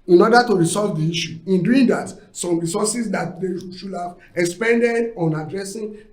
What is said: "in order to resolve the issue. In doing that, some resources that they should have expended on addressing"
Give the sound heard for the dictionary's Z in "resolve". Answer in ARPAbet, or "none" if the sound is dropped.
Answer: S